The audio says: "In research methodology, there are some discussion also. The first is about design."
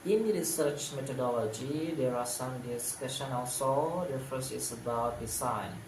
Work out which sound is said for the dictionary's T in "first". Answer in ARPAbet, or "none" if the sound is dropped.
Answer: none